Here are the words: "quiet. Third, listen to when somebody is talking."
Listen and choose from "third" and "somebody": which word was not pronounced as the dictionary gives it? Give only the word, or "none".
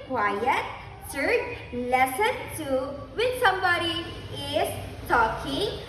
third